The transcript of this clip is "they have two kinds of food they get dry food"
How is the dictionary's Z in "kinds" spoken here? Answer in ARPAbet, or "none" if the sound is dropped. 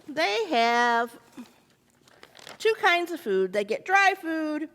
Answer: Z